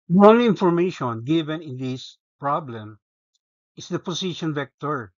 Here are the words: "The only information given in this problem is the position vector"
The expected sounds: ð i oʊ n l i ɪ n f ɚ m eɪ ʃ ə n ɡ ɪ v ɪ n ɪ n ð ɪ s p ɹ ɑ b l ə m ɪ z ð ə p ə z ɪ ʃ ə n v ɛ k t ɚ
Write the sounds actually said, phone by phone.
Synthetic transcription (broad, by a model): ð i oʊ n l i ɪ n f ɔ m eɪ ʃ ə n ɡ ɪ v ɪ n ɪ n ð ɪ s p ɹ ɑ b l ə m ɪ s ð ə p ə s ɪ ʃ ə n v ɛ k t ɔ